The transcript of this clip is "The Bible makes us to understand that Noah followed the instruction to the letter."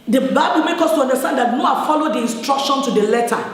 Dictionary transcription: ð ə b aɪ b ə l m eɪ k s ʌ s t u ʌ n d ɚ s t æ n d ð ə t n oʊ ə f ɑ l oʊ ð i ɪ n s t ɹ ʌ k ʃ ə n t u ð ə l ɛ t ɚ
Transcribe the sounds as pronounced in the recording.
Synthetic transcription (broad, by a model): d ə b aɪ b ə l m eɪ k ɔ s t u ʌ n d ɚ s t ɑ n d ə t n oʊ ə f ɑ l oʊ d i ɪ n s t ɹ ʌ k ʃ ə n t u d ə l ɛ t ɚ